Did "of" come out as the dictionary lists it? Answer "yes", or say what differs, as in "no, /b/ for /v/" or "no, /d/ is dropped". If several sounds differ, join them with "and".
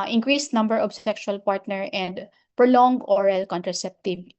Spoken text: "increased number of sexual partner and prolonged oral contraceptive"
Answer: no, /b/ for /v/